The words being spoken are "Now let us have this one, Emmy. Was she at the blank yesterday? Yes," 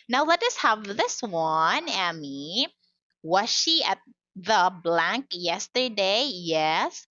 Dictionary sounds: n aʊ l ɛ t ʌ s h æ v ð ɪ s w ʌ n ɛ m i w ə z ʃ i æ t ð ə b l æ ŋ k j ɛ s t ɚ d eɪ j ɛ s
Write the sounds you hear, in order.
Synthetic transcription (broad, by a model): n aʊ l ɛ t ʌ s h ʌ v ð ɪ s w ʌ n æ m i w ə z ʃ i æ t ð ə b l æ ŋ k j ɛ s t ɚ d eɪ j ɛ s